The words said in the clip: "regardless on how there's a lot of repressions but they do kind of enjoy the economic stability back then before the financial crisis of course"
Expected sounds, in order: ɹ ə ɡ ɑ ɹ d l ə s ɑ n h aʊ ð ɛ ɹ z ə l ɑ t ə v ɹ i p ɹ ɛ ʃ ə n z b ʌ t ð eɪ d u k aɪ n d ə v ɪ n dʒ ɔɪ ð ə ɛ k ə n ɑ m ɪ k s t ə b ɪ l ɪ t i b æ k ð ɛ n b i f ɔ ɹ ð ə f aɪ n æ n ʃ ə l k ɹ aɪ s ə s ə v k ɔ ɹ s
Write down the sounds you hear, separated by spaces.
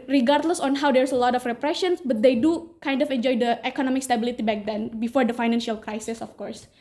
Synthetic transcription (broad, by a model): ɹ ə ɡ ɑ ɹ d l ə s ɑ n h aʊ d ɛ ɹ s ə l ɑ t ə f ɹ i p ɹ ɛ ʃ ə n s b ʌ t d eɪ d u k aɪ n d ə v ɪ n dʒ ɔɪ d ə ɛ k ə n ɑ m ɪ k s t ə b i l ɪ t i b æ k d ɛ n b i f ɔ ɹ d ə f aɪ n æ n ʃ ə l k ɹ aɪ s ə s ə f k ɔ ɹ s